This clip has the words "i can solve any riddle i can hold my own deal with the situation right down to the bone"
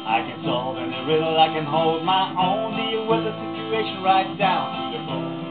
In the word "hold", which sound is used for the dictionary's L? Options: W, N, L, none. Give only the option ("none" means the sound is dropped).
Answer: L